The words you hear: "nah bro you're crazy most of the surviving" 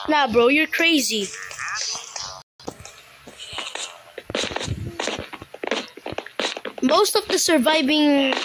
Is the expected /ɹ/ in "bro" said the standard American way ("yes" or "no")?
yes